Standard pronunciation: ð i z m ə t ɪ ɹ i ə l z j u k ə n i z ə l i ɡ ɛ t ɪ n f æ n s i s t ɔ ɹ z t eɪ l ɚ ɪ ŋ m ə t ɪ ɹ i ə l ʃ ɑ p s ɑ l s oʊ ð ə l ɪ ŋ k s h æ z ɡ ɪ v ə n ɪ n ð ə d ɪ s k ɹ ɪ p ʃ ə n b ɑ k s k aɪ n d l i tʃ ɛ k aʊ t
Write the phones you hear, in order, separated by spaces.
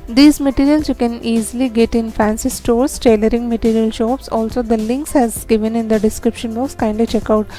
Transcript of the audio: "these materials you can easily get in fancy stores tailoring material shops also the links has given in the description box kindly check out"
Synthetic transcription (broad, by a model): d i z m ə t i ɹ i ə l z j u k ə n i z ə l i ɡ ɛ t ɪ n f æ n s i s t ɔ ɹ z t eɪ l ɚ ɪ ŋ m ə t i ɹ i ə l ʃ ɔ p s ɑ l s oʊ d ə l ɪ ŋ k s h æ z ɡ ɪ v ə n ɪ n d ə d ɪ s k ɹ ɪ p ʃ ə n b ɑ k s k aɪ n d i tʃ ɛ k aʊ t